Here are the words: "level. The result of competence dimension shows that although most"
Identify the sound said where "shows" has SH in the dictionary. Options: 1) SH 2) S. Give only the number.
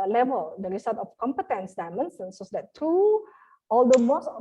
2